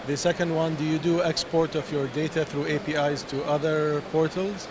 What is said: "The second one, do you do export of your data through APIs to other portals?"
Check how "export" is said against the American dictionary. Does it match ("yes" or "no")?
yes